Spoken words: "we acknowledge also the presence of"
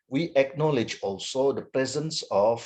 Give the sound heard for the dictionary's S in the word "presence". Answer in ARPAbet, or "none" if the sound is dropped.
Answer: S